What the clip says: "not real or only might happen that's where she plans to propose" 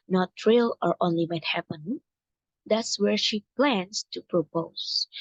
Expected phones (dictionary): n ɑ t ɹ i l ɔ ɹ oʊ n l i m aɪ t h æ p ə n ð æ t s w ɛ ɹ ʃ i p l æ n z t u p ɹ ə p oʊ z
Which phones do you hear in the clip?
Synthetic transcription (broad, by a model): n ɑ t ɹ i l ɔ ɹ oʊ n l i m aɪ t h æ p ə n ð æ t s w ɛ ɹ ʃ i p l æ n s t u p ɹ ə p oʊ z